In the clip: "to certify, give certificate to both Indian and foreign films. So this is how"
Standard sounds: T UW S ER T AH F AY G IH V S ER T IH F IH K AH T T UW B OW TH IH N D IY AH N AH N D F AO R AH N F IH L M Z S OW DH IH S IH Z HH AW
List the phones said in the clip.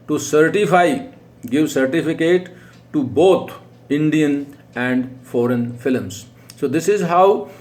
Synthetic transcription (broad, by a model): T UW S ER T AH F AY G IH V S ER T IH F IH K AH T T UW B OW T IH N D IY AH N AH N D F AO R AH N F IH L M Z S OW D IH S IH Z HH AW